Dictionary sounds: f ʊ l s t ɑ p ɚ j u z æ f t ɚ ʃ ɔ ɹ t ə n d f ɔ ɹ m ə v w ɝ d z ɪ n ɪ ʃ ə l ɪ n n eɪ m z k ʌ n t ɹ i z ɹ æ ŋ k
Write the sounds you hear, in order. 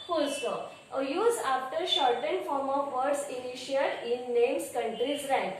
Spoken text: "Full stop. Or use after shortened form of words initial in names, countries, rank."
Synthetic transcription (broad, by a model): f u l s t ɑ ɚ j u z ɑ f t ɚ ʃ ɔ ɹ t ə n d f ɔ ɹ m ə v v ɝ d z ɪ n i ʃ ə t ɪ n n eɪ m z k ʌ n t ɹ i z ɹ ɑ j